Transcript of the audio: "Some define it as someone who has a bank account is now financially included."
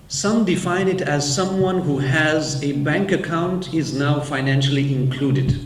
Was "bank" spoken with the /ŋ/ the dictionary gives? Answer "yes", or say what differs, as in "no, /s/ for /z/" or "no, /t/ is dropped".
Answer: yes